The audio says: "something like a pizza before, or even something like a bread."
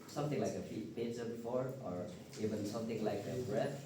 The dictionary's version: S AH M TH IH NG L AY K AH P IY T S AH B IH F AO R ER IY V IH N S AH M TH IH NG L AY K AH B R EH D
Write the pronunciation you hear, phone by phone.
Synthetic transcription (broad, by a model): S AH M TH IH NG L AY K AH F IY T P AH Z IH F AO R ER IY V IH N S AH M TH IH NG L AY K AH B R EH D